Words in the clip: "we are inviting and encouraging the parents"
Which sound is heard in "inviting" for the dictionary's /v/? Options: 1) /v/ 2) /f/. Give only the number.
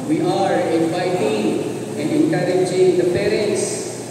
2